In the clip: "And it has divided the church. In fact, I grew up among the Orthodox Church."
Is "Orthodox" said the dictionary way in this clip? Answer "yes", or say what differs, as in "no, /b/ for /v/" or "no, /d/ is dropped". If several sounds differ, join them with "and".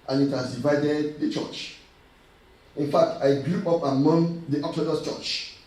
no, /k/ is dropped